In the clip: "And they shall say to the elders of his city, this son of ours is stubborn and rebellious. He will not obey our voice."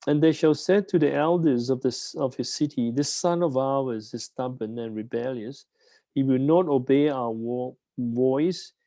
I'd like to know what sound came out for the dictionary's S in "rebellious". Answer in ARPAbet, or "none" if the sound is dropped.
S